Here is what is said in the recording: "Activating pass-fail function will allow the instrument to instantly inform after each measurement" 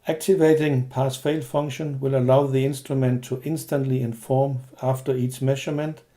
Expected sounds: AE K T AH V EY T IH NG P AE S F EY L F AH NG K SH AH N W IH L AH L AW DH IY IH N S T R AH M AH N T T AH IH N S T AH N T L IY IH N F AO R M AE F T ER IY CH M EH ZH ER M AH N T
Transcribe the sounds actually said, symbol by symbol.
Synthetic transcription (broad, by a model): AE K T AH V EY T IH NG P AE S F EY L F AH NG SH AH N W IH L AH L AW DH IY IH N S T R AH M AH N T T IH N S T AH N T L IY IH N F AO M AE F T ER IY S M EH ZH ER M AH N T